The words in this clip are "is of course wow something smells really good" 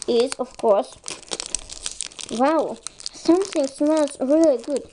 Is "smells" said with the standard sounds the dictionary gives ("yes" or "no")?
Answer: no